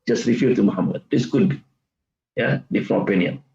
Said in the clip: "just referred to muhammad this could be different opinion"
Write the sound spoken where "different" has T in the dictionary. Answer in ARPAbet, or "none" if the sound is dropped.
none